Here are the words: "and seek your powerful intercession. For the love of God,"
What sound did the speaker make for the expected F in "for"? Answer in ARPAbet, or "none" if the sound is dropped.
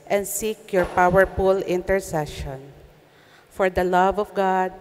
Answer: F